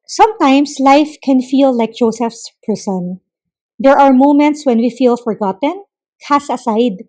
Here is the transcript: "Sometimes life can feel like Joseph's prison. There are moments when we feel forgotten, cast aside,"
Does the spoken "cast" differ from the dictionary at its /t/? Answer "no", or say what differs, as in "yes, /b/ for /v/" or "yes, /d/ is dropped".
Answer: yes, /t/ is dropped